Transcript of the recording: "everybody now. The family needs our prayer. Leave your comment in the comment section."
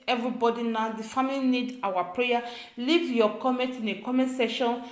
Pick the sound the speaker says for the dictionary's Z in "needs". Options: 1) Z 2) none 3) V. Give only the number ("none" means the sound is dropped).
2